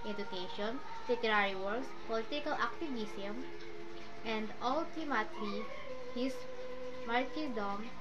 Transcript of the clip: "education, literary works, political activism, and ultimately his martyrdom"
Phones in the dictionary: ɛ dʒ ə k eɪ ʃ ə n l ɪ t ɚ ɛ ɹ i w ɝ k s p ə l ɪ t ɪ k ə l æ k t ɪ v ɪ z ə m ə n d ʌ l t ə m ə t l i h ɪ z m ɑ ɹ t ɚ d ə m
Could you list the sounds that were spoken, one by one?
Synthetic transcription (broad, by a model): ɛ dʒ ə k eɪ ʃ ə n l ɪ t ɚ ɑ ɹ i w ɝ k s p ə l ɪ t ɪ k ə l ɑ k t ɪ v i s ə m ə n d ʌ l t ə m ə t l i h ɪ s m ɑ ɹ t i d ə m